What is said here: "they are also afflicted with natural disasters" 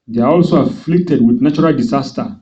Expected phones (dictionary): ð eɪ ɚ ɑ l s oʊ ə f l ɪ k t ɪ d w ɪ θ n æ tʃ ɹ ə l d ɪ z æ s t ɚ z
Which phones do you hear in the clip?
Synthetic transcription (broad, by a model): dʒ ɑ ɑ l s oʊ ə f l ɪ k t ɪ d w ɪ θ n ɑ tʃ ɹ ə l d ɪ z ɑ s t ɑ